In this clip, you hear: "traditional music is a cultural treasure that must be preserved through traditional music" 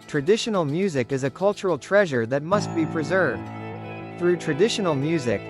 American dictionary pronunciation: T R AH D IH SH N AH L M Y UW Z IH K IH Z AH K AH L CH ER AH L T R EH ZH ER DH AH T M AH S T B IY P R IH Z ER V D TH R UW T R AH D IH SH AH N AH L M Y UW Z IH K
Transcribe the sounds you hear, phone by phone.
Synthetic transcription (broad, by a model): T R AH D IH SH N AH L M Y UW Z IH K IH Z AH K AH L CH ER L T R EH ZH ER DH AH T M AH S T B IY P R IH Z ER V D TH R UW T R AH D IH SH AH N L M Y UW Z IH K